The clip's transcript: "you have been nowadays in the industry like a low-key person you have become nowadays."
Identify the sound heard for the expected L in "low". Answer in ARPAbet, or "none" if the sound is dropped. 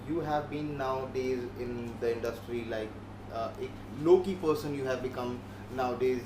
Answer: L